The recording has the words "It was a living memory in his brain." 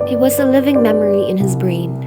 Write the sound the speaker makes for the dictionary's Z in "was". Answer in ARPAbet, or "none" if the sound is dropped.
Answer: Z